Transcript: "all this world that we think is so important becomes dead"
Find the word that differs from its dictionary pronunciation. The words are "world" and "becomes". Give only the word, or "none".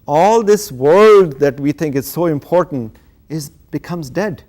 none